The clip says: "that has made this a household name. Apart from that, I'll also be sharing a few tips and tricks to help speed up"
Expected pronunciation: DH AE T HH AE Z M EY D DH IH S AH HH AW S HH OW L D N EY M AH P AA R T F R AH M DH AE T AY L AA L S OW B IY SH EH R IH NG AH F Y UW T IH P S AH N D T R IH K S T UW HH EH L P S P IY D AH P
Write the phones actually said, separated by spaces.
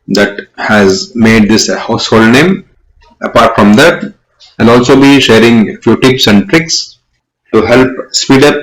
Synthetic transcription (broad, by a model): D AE T HH AE Z M EY D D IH S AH HH AW S HH OW L D N EY M AH P AA R T F R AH M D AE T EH N AA L S OW B IY SH EH R IH NG F Y UW T IH P S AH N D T R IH K S T UW HH EH L P S P IY D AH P